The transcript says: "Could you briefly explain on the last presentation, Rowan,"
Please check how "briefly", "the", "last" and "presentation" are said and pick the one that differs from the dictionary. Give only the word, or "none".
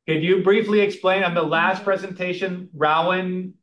none